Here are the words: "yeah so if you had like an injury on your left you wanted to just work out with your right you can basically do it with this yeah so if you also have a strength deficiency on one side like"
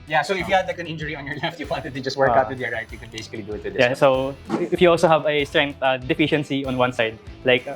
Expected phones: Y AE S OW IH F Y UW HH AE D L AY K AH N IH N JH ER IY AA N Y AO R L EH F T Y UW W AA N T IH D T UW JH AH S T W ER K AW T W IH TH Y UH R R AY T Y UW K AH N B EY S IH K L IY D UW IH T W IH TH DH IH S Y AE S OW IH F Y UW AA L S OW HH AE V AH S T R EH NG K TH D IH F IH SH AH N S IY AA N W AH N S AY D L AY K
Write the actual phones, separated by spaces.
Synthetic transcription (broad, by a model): Y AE S OW IH F Y UW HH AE D L AY K AH N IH N JH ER IY AA N Y AO R L EH F T Y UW W AA N T IH D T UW JH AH S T W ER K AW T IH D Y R R AY T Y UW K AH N B EY S IH K L IY D UW IH T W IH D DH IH Y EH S OW IH F Y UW AA L S OW HH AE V AH S T R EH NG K T D IH F IH SH AH N S IY AA N W AH N S AY D L AY K